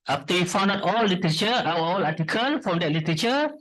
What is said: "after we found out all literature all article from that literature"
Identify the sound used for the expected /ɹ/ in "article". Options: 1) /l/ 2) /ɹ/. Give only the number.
1